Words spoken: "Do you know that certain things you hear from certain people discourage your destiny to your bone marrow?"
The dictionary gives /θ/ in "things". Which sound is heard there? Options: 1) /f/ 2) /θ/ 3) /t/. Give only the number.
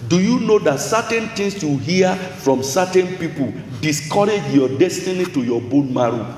3